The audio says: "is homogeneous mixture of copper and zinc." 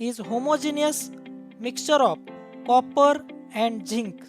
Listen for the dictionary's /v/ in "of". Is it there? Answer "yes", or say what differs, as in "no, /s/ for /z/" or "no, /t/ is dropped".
no, /p/ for /v/